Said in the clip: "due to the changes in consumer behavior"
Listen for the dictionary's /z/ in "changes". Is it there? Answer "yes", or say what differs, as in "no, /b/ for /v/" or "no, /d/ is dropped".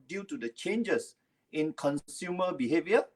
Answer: no, /s/ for /z/